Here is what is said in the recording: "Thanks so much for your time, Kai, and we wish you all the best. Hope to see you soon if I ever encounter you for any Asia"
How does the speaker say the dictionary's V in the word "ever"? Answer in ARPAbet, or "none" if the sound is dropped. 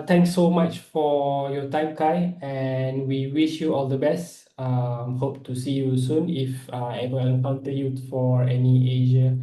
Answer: W